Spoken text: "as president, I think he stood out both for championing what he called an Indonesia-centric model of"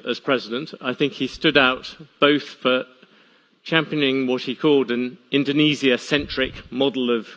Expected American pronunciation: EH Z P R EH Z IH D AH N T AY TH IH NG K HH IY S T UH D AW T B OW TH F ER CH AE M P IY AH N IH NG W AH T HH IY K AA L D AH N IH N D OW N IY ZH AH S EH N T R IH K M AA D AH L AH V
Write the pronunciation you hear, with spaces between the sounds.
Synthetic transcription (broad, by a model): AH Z P R EH Z IH D AH N T AY TH IH NG K HH IY S T UH D AW T B OW TH F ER CH AE M P IY AH N IH NG W AH T HH IY K AA L D AH N IH N D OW N IY Z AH S EH N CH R IH K M AA D L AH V